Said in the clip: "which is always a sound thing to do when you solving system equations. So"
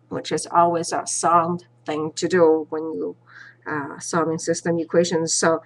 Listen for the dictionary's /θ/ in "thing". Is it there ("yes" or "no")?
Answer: yes